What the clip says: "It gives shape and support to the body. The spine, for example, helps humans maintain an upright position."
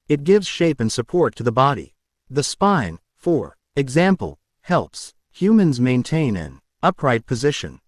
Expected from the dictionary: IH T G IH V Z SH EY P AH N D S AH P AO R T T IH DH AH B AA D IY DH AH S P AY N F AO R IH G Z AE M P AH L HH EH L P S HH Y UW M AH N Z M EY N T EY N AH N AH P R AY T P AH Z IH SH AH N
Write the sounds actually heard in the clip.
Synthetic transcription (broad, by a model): IH T G IH V Z SH EY P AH N S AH P AO R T T IH DH AH B AA D IY DH AH S P AY N F AO R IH G Z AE M P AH L HH EH L P S HH Y UW M AH N Z M EY N T EY N AH N AH P R AY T P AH Z IH SH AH N